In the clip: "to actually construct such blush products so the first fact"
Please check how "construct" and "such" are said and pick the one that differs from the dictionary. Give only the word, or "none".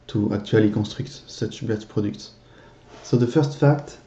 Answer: construct